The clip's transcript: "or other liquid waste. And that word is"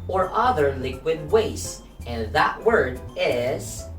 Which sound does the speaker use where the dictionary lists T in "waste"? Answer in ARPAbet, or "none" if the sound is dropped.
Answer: none